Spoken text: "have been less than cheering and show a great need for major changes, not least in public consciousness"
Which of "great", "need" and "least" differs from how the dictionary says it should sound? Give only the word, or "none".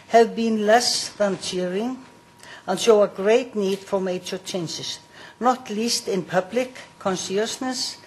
none